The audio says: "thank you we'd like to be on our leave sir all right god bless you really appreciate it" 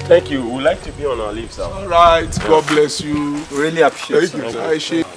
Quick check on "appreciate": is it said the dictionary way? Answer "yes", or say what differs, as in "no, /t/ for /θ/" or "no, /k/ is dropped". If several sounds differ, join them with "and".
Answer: no, /ɹ/ is dropped